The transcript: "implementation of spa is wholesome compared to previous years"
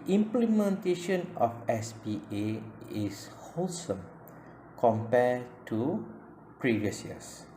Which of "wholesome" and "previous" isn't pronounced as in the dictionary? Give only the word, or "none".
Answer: none